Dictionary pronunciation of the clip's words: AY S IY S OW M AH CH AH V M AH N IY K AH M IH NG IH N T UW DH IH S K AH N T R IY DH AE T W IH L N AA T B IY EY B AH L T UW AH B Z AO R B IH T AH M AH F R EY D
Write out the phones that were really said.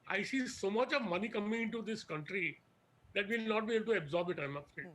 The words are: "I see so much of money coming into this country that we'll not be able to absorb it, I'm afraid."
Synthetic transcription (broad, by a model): AY S IY S OW M AH CH AH V M AH N IY K AH M IH NG IH N T UW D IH S K AH N T R IY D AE T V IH L N AA T B IY EY B AH L T UW AH B Z AO R B IH T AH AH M